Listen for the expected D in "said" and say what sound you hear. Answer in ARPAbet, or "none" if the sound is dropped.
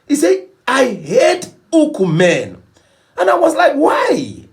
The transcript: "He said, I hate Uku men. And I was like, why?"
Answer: none